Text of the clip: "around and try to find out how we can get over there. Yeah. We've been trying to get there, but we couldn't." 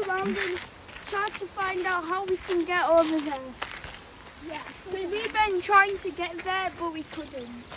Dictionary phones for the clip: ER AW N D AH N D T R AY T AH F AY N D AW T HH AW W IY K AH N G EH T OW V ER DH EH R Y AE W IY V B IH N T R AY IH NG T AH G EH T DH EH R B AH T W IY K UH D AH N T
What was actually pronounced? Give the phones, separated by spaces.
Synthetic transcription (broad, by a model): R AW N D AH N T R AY T AH F AY N D AW T HH AW W IY K AH N G EH T OW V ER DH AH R Y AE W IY W B IH N T R AY IH NG T AH G EH T DH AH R B AH T W IY K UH D N T